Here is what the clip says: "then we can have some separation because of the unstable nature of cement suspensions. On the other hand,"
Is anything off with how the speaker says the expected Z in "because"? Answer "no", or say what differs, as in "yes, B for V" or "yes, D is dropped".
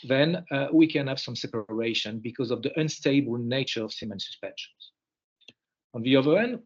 no